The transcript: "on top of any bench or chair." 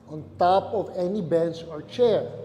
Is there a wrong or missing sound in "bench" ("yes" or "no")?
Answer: yes